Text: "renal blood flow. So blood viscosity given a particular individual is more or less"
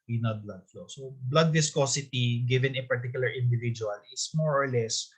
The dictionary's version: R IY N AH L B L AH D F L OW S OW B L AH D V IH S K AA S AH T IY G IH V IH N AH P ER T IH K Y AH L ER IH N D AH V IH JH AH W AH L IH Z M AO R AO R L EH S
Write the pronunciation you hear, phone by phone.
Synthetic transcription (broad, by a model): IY N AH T B L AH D F L OW S OW B L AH D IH S K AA S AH T IY G IH V IH N AH P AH T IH K Y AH L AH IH N D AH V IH JH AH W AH L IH S M AO R AO R L EH S